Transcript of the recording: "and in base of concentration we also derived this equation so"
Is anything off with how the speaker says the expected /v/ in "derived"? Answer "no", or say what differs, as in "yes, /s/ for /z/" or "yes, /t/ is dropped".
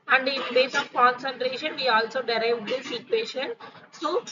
no